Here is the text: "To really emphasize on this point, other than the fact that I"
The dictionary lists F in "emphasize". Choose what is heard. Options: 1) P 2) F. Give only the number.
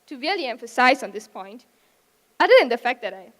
2